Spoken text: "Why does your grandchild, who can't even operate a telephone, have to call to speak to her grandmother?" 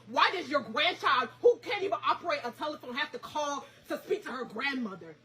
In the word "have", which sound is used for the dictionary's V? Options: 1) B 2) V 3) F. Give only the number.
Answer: 3